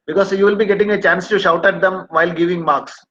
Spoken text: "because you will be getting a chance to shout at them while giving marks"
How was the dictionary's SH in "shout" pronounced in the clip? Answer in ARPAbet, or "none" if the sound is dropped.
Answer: SH